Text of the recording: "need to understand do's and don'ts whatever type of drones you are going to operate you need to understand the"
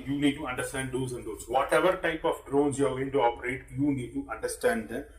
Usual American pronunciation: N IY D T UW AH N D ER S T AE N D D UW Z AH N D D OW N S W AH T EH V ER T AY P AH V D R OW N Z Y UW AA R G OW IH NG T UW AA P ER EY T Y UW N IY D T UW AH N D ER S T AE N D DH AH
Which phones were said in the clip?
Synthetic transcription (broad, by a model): N IY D T UW AH N D ER S T AE N D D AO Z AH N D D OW S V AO T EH V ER T AY P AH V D R OW N S Y UW AA R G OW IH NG T UW AA P ER EY T Y UW N IY D T UW AH N D ER S T AE N D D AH